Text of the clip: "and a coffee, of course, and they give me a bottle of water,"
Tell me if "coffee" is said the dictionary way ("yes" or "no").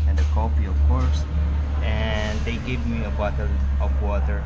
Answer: no